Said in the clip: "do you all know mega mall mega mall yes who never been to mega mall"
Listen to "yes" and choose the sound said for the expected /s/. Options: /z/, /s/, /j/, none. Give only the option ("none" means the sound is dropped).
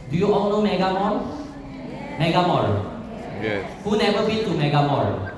none